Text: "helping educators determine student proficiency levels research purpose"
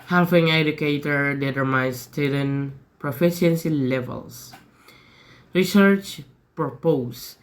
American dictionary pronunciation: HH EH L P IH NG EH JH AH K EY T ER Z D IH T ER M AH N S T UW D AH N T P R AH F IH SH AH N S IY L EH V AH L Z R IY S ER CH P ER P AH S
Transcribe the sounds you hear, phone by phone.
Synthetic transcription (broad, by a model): HH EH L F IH NG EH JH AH K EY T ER D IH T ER M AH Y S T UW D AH N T P R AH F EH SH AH N S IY L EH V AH L S R IY S ER CH P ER P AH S